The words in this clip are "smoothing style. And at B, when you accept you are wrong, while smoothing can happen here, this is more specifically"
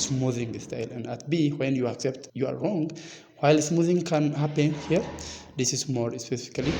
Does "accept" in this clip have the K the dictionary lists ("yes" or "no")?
yes